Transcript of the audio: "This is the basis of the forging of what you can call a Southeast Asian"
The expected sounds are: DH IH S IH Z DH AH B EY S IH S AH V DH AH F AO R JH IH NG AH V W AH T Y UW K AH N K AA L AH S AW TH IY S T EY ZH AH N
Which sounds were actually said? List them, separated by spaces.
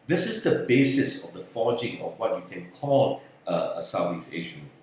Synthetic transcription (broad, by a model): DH IH S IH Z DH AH B EY S IH S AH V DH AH F AO JH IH NG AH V W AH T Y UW K AH N K AA L AH S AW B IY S EY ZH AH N